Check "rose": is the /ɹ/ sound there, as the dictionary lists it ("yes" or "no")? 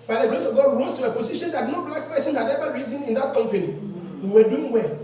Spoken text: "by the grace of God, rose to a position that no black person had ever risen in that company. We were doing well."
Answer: no